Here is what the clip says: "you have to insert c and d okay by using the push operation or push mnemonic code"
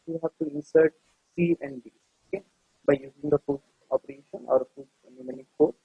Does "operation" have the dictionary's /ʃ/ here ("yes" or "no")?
yes